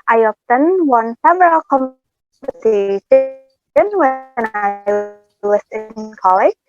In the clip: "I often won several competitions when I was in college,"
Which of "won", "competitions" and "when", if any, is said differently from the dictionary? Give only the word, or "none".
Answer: competitions